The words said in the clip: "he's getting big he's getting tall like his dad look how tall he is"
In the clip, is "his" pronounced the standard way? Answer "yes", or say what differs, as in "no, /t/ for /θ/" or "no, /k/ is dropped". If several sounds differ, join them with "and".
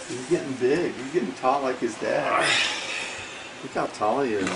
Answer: yes